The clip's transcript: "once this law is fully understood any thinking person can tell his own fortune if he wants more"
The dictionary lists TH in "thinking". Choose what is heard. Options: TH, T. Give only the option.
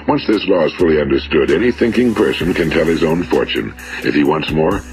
TH